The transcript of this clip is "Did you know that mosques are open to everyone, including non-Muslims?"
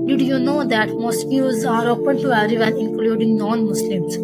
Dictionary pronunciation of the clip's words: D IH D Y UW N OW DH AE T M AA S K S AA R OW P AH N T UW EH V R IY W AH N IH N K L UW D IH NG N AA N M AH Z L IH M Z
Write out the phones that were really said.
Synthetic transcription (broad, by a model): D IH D Y UW N OW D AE T M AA S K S AA R OW P AH N T UW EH R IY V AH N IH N K L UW D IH NG N AA N M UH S L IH M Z